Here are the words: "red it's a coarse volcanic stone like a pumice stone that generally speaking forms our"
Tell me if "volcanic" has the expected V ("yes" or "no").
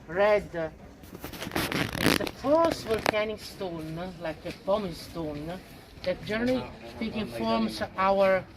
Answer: no